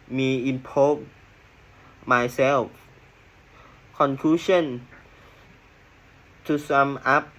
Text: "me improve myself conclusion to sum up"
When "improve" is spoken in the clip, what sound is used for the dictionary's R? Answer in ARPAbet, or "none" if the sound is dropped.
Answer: none